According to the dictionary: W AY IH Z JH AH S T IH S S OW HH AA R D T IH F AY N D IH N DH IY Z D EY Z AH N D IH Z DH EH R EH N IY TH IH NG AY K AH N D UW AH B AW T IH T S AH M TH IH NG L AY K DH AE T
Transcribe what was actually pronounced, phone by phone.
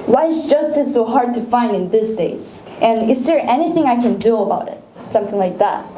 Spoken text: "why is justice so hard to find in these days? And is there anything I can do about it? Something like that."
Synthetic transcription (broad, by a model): W AY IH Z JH AH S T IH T S OW HH AA R D T IH F AY N D IH N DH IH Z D EY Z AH N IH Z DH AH R EH N IY TH IH NG AY K AH N D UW AH B AW T IH T S AH M TH IH NG L AY K DH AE T